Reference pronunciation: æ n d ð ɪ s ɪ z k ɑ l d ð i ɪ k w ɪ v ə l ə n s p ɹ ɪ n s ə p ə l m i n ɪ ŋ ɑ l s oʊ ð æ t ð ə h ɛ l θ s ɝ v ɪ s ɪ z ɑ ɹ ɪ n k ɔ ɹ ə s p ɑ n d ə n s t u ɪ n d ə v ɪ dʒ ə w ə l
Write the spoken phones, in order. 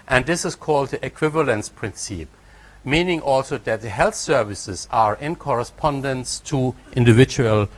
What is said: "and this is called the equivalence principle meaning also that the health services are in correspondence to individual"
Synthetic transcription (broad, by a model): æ n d ð ɪ s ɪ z k ɑ l d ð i ɪ k w ɪ v ə l ə n s p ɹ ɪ n s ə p m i n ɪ ŋ ɑ l s oʊ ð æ t ð ə h ɛ l θ s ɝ v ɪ s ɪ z ɑ ɹ ɪ n k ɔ ɹ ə s p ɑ n d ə n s t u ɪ n d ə v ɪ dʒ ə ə l